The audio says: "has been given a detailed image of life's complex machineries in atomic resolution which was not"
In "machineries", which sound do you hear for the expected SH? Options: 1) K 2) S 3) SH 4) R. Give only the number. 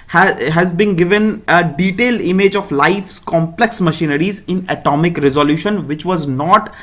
3